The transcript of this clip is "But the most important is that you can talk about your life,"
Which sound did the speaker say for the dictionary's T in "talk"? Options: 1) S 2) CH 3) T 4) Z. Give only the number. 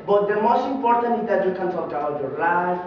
1